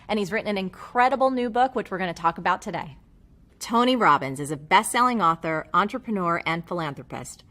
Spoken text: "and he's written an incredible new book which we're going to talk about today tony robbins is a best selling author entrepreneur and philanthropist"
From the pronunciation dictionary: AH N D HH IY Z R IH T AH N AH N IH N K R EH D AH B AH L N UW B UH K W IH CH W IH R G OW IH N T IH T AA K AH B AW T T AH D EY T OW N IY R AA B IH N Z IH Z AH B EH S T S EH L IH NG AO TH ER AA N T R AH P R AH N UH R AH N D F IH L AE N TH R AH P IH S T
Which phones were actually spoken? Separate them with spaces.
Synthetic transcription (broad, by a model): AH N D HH IY Z R IH T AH N AH N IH N K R EH D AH B L N UW B UH K W IH CH W IH R G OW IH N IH T AA K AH B AW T T AH D EY T OW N IY R AA B IH N Z IH Z AH B EH S T S EH L IH NG AO TH ER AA N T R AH P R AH N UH R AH N F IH L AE N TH R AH P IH S T